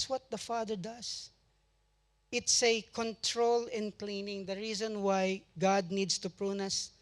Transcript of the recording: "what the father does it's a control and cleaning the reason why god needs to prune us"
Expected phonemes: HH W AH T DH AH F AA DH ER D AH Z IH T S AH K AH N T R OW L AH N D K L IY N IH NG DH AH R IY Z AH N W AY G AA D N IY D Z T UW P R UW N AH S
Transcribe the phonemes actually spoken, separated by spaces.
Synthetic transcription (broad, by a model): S W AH T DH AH F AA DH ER D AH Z IH T S AH K AH N T R OW L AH N K L IY N IH NG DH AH R IY Z AH N W AY G AA D N IY D S T UW P R UW N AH S